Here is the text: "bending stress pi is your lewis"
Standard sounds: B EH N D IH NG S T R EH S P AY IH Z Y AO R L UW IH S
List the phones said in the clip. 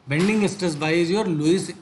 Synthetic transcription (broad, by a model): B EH N D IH NG S T AH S B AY IH Z Y AO R L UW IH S